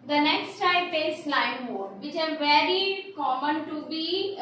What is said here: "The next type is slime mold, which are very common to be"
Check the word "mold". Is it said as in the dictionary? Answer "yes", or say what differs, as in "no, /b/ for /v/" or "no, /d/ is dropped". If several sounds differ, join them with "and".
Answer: no, /l/ is dropped